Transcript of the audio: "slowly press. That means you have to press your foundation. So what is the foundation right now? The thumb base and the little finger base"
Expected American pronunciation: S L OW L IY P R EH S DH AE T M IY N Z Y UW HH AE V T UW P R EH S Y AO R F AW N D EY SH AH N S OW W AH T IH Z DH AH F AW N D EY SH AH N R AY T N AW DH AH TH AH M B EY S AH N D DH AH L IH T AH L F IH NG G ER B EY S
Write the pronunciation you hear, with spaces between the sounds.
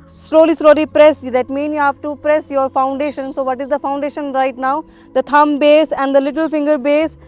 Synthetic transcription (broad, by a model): S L OW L IY P R EH S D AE T M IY N Y UW HH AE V T UW P R EH S Y AO R F AW N D EY SH AH N S OW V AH T IH Z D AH F AW N D EY SH AH N R AY T N AW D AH T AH M B EY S AH N D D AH L IH T AH L F IH NG G ER B EY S